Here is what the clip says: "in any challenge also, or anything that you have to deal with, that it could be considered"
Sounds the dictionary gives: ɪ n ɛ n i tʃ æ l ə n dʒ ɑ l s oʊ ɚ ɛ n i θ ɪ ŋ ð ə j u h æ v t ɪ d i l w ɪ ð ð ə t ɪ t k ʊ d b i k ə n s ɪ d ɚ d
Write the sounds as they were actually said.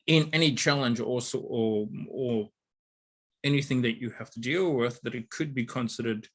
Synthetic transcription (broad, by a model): ɪ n ɛ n i tʃ æ l ə n dʒ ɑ l s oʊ ɚ ɛ n i θ ɪ ŋ ð ə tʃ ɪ h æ f t ɪ d i l w ɪ ð ð ə t ɪ t k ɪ d b i k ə n s ɪ d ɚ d